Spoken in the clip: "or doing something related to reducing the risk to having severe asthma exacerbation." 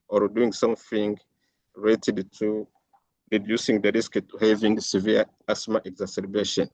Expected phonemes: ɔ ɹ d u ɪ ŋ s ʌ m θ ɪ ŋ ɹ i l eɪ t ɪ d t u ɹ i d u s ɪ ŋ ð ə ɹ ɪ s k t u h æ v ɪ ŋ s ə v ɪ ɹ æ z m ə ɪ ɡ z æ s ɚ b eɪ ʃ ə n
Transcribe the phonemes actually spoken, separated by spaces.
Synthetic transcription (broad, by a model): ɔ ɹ d u ɪ ŋ s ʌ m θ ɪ ŋ ɹ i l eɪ t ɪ d t u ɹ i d u s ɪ ŋ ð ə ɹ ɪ s k t u h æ v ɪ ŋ s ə v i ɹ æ s m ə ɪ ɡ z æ s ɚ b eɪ ʃ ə n